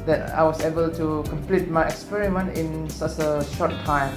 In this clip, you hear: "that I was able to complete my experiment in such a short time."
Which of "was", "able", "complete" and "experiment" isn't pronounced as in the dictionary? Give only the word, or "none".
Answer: was